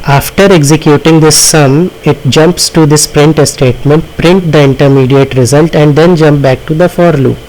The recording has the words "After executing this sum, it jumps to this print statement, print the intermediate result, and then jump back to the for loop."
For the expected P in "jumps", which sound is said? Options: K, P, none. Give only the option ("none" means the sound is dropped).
P